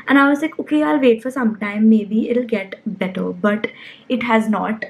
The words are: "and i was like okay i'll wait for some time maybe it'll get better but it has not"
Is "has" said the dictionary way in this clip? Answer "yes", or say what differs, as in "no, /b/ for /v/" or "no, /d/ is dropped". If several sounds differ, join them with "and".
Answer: yes